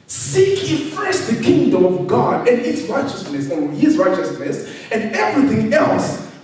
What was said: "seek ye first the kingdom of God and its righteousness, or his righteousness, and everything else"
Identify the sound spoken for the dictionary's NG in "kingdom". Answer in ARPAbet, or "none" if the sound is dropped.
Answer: NG